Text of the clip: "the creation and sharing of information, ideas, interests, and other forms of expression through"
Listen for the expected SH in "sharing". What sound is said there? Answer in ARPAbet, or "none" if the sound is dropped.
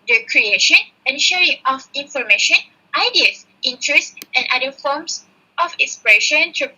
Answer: SH